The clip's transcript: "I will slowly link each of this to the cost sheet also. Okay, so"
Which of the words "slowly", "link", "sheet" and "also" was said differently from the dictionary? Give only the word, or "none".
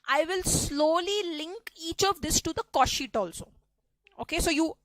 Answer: none